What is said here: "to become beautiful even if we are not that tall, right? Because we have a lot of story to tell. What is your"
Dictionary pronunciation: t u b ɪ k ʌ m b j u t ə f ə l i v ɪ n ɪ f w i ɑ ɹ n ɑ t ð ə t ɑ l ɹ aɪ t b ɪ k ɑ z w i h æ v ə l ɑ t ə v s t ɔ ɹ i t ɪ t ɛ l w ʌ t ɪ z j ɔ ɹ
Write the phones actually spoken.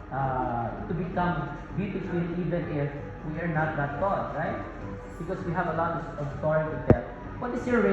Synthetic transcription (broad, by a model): t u b ɪ k ʌ m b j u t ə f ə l i v ɪ n ɪ f w i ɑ ɹ n ɑ t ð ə t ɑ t ɹ aɪ t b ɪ k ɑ s w i h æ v ə l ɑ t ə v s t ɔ i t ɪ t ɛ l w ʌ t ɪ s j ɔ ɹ